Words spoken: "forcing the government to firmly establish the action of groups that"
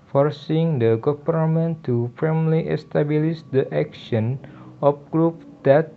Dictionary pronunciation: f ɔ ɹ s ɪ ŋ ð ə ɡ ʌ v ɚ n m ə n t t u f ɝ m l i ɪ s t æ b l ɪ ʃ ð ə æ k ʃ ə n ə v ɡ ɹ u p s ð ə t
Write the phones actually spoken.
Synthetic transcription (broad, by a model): f ɔ ɹ s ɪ ŋ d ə ɡ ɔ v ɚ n m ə n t t u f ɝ m l i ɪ s t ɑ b l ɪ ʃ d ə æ k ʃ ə n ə p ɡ ɹ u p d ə t